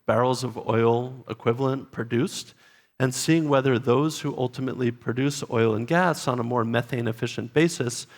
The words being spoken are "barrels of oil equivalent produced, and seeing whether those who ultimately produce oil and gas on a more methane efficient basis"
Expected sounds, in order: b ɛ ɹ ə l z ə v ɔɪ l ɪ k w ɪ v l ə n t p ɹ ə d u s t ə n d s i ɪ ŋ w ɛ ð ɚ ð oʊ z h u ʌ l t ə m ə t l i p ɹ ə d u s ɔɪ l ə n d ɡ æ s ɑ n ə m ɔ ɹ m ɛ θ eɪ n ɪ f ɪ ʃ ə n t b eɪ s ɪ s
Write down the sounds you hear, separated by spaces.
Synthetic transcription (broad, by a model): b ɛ ɹ l z ə v ɔɪ l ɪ k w ɪ v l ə n p ɹ ə d u s t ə n s i ɪ ŋ w ɛ ð ɚ ð oʊ z h u ʌ l t ə m ə t l i p ɹ ə d u s ɔɪ l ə n ɡ æ s n ə m ɔ ɹ m ɛ θ eɪ n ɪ f ɪ ʃ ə n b eɪ s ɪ s